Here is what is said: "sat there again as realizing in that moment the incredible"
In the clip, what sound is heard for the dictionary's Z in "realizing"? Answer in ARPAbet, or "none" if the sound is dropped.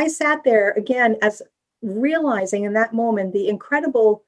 Z